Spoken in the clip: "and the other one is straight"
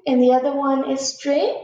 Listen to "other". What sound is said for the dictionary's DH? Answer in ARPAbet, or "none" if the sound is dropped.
DH